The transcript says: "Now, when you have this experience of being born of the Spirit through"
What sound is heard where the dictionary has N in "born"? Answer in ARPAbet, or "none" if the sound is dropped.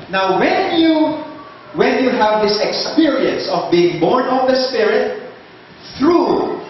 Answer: N